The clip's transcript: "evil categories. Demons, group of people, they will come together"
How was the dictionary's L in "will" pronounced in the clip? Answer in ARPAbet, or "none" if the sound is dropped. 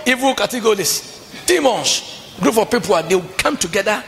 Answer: W